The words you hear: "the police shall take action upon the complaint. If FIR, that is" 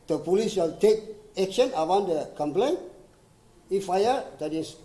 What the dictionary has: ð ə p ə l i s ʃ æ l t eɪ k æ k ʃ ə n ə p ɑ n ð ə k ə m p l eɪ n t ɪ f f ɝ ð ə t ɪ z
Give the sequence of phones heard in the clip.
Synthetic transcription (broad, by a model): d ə p ə l i s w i l t eɪ k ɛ k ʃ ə n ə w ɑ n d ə k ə m p l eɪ n ɪ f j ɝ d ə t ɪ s